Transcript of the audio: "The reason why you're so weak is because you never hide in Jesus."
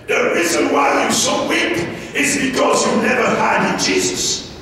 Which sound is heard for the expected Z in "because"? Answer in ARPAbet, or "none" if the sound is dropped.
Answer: Z